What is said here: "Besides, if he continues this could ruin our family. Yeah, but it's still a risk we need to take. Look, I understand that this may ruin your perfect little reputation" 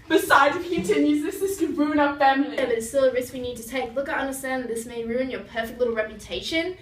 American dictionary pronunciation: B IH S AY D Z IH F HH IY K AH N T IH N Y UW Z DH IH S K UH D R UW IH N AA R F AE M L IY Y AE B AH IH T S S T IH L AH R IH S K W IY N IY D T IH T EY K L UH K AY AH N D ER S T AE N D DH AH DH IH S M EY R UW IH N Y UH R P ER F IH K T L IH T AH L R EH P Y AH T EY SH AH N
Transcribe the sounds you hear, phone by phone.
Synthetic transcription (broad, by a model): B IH S AY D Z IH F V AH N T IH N Y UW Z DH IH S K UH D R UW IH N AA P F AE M IY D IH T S S T IH L AH R IH S K W IY N IY D T IH T EY K L UH K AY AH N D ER S T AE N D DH DH IH S M EY R UW IH N Y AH R P ER F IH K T L IH T L R EH P Y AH T EY SH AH N